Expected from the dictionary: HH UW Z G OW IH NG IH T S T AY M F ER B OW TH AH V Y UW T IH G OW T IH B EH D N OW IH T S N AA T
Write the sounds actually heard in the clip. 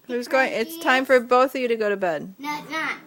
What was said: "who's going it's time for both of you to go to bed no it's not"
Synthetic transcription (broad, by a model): HH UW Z G OW IH NG IH T S T AY M F ER B OW TH AH V Y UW T IH G OW T IH B EH D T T